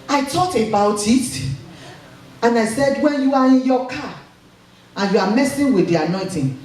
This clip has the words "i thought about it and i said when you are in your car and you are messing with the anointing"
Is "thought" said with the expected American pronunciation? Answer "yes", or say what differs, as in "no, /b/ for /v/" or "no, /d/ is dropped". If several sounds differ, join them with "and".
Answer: no, /t/ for /θ/